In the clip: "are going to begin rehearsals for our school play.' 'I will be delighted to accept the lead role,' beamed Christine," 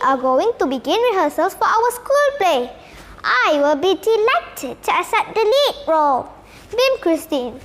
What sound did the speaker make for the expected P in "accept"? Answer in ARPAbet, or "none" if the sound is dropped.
none